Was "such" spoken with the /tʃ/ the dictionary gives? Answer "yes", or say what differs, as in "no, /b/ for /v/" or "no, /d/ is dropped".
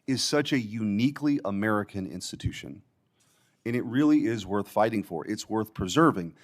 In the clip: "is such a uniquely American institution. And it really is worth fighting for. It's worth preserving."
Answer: yes